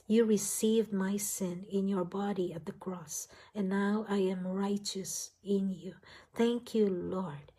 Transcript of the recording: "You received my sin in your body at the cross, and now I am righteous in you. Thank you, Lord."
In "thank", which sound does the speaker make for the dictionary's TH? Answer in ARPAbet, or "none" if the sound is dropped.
TH